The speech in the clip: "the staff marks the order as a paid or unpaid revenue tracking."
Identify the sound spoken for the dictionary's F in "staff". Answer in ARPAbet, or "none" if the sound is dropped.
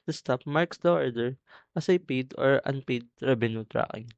P